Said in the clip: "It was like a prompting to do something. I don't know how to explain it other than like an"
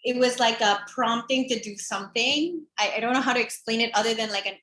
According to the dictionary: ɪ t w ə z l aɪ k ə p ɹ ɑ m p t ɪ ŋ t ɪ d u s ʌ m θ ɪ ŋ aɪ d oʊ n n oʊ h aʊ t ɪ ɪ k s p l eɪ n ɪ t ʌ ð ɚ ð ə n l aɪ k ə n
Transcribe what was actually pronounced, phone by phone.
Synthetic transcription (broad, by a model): ɪ t w ə z l aɪ k ə p ɹ ɑ m p t ɪ ŋ t ɪ d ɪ s ʌ m θ ɪ ŋ aɪ d oʊ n n oʊ h aʊ t ɪ ɪ k s p l eɪ n ɪ t ʌ ð ɚ ð ə n l aɪ k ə n